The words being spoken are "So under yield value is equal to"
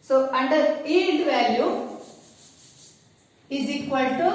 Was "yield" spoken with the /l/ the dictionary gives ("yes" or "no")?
no